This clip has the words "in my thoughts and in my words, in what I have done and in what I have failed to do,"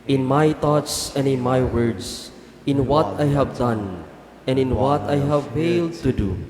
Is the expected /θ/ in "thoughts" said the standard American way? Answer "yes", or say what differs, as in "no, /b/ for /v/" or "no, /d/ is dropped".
no, /t/ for /θ/